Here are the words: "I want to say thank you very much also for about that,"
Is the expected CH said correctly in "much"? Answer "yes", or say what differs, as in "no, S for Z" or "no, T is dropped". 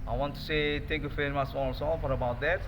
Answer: no, S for CH